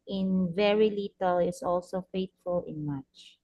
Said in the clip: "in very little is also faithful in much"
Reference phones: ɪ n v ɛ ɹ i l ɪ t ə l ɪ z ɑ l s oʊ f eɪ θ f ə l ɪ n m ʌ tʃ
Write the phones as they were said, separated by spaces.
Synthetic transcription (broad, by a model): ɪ n v ɛ ɹ i l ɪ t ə l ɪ s ɑ l s oʊ f eɪ t f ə l ɪ n m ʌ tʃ